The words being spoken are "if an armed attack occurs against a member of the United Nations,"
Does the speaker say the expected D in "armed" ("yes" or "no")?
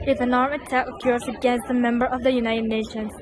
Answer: no